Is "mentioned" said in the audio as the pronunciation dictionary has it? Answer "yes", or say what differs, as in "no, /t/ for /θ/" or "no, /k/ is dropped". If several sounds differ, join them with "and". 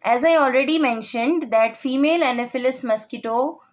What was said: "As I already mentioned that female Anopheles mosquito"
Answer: yes